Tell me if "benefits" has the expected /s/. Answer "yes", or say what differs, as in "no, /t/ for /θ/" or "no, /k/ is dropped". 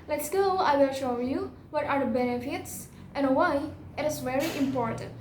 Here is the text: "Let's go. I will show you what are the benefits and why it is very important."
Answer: yes